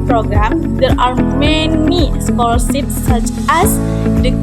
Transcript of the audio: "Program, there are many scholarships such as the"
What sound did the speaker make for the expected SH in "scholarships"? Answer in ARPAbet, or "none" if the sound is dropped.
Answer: S